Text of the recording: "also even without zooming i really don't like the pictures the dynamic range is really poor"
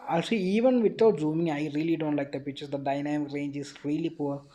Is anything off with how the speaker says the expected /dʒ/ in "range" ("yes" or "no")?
no